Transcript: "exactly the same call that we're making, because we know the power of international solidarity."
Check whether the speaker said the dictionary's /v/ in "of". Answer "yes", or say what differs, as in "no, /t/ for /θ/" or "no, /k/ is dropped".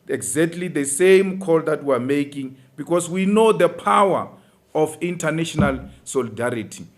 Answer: no, /f/ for /v/